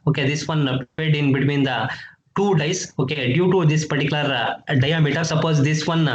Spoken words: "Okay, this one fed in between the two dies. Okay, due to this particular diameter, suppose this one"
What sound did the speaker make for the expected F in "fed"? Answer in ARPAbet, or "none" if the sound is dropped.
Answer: P